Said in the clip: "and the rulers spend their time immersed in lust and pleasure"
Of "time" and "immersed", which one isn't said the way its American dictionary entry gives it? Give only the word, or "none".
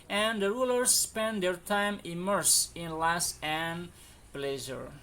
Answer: immersed